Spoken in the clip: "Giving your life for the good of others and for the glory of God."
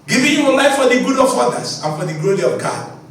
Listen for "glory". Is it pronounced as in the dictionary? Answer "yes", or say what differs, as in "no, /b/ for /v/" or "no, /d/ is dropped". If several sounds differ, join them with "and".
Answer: yes